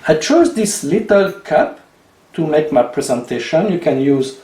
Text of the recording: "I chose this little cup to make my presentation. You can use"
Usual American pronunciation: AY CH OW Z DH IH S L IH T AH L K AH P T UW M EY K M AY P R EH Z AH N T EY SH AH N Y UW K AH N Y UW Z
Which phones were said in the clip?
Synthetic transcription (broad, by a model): AY CH OW Z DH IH S L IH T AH L K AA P T UW M EY K M AY P R EH Z AH N T EY SH AH N Y UW K AH N Y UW Z